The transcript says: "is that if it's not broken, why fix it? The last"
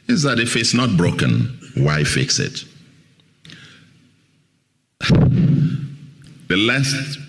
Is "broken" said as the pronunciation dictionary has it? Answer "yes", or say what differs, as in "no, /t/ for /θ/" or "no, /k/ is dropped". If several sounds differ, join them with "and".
yes